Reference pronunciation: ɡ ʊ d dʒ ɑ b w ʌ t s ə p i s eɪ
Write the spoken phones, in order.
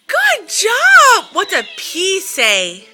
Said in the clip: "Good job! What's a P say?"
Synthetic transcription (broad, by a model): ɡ ʊ d dʒ ɑ b w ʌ t ə p i s eɪ